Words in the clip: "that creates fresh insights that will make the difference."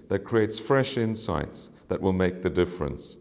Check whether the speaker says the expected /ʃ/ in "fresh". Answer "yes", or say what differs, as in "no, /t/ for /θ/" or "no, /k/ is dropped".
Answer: yes